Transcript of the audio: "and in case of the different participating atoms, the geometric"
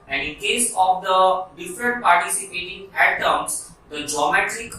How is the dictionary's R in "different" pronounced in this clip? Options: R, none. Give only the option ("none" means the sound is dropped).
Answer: R